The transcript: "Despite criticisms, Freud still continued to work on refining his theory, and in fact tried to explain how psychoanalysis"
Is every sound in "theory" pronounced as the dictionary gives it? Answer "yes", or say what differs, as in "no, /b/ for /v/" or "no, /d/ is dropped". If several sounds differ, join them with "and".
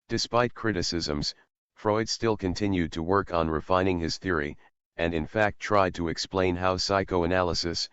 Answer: yes